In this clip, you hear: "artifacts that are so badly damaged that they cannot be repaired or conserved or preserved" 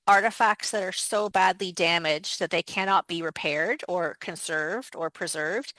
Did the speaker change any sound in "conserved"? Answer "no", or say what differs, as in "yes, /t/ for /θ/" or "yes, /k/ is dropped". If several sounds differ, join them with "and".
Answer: no